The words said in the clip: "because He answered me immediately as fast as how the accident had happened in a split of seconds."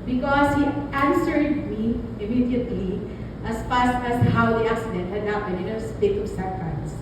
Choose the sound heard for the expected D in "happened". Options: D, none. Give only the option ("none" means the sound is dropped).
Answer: none